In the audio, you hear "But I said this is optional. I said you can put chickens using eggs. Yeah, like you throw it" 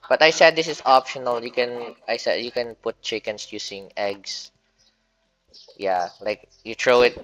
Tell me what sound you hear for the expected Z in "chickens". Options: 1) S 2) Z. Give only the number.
1